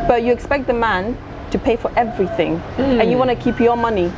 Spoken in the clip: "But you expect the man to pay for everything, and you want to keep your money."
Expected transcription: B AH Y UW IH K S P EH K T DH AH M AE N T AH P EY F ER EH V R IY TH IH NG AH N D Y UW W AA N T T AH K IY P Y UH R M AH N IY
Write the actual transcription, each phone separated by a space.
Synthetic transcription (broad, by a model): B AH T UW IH K S P EH K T DH AH M AE N T AH P EY F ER EH V R IY TH IH NG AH N Y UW W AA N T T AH K IY P Y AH M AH N IY